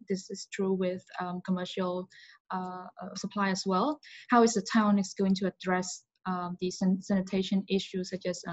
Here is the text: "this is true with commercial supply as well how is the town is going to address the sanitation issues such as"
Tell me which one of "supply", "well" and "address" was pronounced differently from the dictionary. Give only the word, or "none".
none